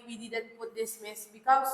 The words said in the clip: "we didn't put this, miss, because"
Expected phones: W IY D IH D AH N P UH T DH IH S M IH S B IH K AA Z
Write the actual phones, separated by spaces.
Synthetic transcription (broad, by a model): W IY D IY D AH N P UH T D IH S M IH S B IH K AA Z